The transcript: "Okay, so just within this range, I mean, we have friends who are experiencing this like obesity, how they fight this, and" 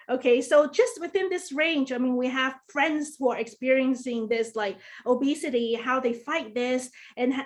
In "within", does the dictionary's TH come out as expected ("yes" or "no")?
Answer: yes